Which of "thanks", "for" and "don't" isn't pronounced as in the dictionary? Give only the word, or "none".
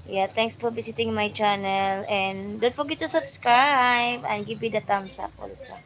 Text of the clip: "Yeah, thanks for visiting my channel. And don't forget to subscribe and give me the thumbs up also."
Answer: thanks